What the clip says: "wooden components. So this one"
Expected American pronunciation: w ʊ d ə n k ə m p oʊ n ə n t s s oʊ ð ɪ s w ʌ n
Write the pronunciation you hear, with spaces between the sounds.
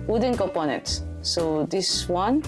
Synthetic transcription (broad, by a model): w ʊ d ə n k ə p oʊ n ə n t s s oʊ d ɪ s w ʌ n